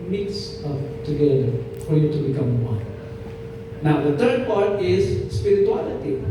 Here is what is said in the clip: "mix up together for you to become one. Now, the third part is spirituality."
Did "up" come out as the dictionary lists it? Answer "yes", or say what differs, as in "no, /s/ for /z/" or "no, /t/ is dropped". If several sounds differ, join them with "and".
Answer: no, /f/ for /p/